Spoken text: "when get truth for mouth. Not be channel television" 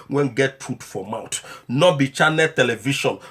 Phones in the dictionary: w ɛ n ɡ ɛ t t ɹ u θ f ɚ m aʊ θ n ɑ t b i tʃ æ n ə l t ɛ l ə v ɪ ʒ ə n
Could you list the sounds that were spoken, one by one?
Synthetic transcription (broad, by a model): w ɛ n ɡ ɛ t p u t f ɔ m aʊ t n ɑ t b i tʃ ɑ n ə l t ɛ l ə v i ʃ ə n